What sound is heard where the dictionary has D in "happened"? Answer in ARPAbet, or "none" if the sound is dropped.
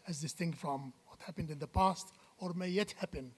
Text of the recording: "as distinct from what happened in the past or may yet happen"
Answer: D